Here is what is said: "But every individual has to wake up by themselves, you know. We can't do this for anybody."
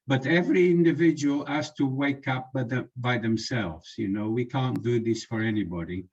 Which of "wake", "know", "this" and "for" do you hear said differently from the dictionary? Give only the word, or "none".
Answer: none